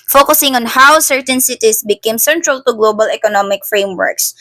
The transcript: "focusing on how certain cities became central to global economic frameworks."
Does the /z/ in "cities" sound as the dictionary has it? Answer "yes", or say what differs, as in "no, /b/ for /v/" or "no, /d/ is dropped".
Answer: no, /s/ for /z/